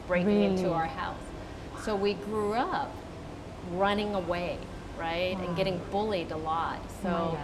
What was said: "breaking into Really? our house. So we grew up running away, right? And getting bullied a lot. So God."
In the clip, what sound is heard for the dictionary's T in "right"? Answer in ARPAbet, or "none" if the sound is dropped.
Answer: T